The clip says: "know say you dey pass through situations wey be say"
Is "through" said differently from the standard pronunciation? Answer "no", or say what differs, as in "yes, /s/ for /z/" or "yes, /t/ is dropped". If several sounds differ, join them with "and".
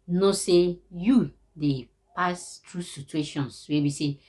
yes, /t/ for /θ/